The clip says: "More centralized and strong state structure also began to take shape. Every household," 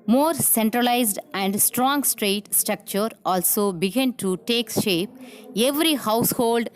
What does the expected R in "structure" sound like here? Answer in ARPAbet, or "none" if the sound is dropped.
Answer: R